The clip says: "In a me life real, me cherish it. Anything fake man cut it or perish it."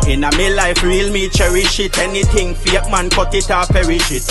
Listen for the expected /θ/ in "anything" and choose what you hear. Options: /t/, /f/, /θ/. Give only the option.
/t/